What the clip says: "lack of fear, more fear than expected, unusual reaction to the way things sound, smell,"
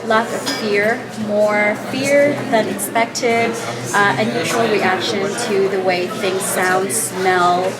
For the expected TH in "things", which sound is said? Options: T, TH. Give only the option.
TH